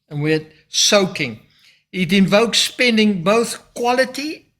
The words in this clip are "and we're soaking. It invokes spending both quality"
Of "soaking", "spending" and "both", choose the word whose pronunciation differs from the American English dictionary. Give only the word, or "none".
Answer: none